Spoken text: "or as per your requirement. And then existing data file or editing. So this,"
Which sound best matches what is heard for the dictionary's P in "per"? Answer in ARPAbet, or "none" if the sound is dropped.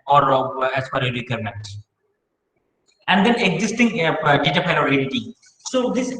F